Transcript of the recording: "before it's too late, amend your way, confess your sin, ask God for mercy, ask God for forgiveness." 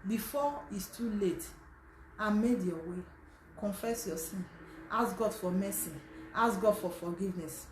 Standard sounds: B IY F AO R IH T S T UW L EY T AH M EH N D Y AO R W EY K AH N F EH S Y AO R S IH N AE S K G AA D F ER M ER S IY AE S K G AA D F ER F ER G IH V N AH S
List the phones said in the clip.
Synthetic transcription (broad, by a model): B IY F AO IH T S T UW L EY T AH M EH D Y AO W EY K AH N F EH S Y AO S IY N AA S G AA D F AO M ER S IY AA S G AA D F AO F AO G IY V N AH S